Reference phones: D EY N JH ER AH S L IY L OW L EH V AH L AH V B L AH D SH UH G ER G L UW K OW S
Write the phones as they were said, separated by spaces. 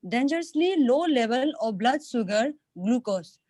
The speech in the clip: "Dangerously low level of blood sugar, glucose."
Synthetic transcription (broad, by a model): D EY N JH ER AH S L IY L OW L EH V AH L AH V B L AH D S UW G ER G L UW K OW S